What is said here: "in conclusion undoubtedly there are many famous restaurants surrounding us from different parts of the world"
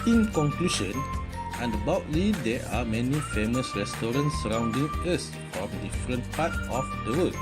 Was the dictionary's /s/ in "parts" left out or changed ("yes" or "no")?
yes